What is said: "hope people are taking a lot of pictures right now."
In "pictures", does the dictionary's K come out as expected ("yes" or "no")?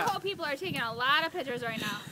no